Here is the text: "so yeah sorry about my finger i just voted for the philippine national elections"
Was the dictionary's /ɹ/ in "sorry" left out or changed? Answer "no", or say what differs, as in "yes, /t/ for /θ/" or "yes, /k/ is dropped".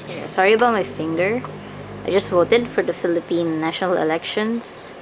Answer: no